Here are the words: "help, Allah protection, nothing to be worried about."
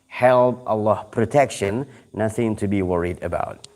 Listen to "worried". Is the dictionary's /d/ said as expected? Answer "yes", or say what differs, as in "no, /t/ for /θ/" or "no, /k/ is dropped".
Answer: yes